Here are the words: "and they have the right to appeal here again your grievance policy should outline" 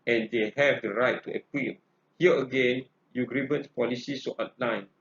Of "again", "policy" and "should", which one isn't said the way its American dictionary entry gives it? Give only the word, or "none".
should